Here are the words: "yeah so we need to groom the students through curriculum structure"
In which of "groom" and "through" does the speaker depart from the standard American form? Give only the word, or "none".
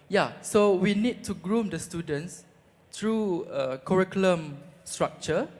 through